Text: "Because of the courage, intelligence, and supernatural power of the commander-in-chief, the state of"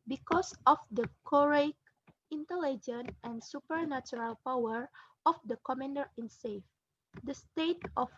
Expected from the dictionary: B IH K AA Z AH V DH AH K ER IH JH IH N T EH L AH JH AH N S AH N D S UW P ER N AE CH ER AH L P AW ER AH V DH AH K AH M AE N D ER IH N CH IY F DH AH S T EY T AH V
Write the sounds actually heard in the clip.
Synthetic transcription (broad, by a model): B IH K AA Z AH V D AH K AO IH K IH N T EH L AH JH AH N AH N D S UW P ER N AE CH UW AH L P AW ER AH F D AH K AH M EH N D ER IH N S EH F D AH S T EY T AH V